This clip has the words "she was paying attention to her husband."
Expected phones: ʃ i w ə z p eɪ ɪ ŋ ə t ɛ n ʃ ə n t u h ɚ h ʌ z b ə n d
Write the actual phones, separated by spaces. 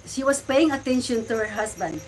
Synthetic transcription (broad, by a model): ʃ i w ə s p eɪ ɪ ŋ ə t ɛ n ʃ ə n t u h ɚ h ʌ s b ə n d